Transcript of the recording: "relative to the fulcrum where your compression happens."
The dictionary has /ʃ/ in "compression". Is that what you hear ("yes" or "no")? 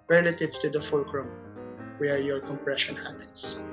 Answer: yes